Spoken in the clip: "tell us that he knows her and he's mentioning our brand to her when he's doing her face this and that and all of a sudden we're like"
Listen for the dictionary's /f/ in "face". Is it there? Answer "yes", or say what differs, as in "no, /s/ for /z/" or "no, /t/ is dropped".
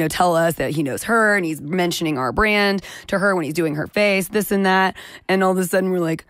yes